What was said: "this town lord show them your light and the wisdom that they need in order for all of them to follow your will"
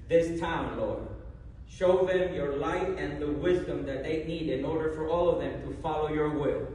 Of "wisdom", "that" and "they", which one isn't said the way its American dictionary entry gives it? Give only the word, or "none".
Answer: none